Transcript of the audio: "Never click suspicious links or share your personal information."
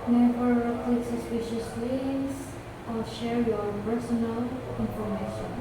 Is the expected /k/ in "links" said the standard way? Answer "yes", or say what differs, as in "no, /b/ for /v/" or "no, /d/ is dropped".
no, /k/ is dropped